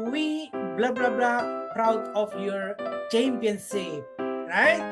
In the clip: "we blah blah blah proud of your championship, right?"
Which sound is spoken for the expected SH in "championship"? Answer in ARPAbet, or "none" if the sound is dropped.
S